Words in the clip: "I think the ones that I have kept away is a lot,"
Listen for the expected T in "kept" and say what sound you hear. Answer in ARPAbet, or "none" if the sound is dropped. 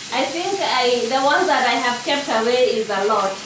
T